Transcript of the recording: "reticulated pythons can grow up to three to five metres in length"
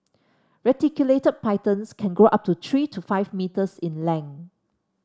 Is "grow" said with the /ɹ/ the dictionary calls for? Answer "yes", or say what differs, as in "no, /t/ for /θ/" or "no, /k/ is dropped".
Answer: no, /ɹ/ is dropped